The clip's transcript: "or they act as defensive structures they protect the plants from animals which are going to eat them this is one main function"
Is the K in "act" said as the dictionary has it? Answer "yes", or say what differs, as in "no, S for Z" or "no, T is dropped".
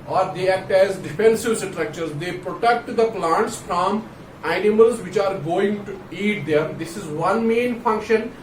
yes